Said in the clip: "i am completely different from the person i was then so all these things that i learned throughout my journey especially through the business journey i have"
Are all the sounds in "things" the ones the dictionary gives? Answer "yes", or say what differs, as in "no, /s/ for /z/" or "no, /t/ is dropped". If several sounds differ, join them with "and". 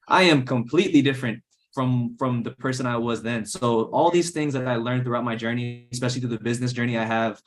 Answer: yes